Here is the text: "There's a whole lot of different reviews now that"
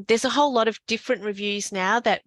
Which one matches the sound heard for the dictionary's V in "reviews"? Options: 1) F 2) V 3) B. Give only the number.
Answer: 2